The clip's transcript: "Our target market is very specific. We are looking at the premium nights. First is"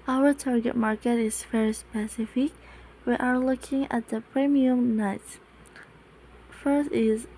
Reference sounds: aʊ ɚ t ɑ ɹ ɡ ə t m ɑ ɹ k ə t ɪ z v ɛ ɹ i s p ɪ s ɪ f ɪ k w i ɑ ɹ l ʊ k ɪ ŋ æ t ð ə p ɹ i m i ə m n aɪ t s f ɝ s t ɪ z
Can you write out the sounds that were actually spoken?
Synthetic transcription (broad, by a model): aʊ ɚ t ɑ ɹ ɡ ə t m ɑ ɹ k ə t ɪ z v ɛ ɹ i s p ɪ s ɪ f ɪ k w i ɑ ɹ l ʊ k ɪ ŋ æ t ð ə p ɹ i m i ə m n aɪ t f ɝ s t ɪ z